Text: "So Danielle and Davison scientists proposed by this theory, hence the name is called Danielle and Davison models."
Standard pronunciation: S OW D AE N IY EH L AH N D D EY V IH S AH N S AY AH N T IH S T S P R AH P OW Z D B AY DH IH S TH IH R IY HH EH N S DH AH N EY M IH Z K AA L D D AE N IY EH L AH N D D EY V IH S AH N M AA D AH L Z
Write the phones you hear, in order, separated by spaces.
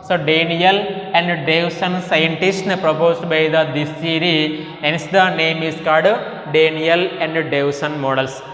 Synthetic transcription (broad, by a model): S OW D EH N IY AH L AH N D D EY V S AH N S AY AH N T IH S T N P R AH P OW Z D B AY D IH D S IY R IY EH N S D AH N EY M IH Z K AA D D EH N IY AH L AH N D D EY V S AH N M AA D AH L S